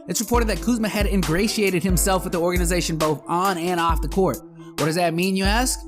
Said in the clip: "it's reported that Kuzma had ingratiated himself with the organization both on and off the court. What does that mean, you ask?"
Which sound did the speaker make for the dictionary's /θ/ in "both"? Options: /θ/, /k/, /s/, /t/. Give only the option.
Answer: /θ/